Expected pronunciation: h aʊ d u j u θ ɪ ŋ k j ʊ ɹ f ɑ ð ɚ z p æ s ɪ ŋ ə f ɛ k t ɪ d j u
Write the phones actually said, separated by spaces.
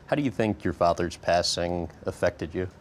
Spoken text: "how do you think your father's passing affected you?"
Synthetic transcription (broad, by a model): h aʊ d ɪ j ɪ θ ɪ ŋ k j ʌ ɹ f ɑ ð ɚ z p æ s ɪ ŋ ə f ɛ k t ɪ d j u